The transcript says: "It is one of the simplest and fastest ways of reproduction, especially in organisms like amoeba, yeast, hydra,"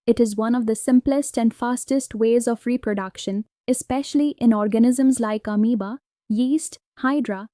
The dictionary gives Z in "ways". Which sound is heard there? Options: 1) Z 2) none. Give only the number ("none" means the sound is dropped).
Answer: 1